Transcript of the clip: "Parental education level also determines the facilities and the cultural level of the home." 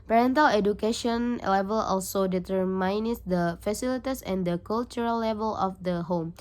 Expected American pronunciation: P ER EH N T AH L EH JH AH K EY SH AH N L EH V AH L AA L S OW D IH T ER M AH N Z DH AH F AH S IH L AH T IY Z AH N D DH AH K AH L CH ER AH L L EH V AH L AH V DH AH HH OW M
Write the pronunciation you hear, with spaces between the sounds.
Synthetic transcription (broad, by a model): P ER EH N T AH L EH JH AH K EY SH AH N L EH V AH L AA L S OW D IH T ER M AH N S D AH F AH S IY L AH T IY S AH N D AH K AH L CH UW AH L L EH V AH L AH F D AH HH OW M